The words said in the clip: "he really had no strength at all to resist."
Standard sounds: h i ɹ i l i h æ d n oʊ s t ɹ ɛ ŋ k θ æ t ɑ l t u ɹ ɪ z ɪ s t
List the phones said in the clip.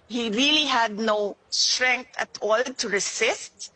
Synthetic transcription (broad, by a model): h i ɹ i l i h æ d n oʊ s t ɹ ɛ ŋ k t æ t ɑ l t u ɹ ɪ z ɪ s t